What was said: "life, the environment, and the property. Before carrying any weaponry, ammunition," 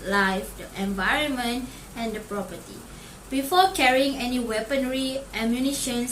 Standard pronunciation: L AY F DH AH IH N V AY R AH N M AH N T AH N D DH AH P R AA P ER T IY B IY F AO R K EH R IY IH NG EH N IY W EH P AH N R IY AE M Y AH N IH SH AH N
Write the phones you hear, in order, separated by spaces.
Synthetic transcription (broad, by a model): L AY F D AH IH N V AY R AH N M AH N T AH N D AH P R AA P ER T IY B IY F AO K EH R IY IH NG EH N IY W EH P AH N R IY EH M Y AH N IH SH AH N